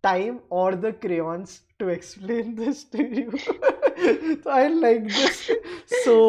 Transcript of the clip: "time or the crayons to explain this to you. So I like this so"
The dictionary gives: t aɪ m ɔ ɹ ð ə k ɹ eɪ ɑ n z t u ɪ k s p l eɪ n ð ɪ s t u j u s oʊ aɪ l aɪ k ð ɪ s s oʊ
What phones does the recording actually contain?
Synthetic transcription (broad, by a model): t aɪ m ɔ ɹ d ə k ɹ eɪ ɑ n s t u ɪ k s p l eɪ n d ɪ s t u j u s oʊ aɪ l aɪ k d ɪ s s oʊ